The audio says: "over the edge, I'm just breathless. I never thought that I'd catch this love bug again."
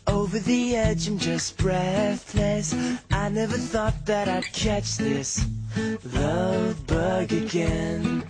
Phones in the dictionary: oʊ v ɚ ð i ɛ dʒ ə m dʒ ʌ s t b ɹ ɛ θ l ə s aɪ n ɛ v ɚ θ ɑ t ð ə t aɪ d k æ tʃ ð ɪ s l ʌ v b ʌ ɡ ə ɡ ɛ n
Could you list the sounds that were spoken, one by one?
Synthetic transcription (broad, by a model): oʊ v ɚ ð i ɛ dʒ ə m dʒ ʌ s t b ɹ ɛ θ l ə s aɪ n ɛ v ɚ θ ɑ t ð ə t aɪ d k æ tʃ ð ɪ s l ʌ v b ʌ ɡ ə ɡ ɛ n